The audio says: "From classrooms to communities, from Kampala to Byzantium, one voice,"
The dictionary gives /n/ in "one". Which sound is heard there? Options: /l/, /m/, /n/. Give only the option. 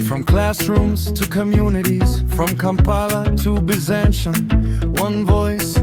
/n/